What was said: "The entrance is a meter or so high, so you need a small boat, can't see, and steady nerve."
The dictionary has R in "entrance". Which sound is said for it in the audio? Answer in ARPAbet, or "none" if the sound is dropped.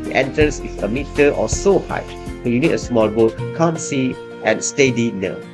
none